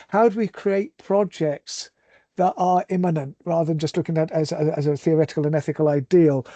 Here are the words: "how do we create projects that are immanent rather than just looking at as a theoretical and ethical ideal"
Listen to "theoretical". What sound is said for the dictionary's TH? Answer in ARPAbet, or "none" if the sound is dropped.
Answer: TH